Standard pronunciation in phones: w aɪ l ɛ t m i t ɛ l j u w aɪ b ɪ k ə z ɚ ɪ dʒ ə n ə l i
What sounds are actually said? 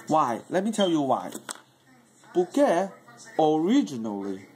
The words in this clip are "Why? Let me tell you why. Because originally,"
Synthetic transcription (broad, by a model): w aɪ l ɛ t m i t ɛ l j u w aɪ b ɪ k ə ɚ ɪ dʒ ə n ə l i